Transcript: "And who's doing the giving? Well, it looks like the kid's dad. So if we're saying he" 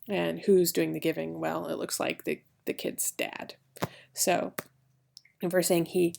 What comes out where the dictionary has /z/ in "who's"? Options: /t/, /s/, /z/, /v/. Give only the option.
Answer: /z/